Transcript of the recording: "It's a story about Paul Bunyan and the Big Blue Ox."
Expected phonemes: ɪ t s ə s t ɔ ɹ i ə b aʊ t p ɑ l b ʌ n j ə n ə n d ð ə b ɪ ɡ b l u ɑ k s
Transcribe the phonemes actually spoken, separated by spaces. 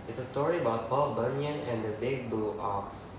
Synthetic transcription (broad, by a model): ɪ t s ə s t ɔ ɹ i ə b aʊ t p ɑ l b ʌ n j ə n ə n d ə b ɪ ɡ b u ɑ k s